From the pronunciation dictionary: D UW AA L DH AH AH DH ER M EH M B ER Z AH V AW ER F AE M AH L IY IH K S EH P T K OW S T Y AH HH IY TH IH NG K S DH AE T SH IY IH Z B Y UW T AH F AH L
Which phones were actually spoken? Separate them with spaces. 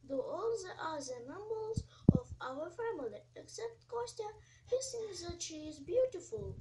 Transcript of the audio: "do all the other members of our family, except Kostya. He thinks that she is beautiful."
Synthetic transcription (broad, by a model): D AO AA L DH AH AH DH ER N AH M B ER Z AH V AW ER F AE M AH L IY IH K S EH P T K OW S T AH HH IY S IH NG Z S DH AE T SH IY IH Z B Y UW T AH F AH L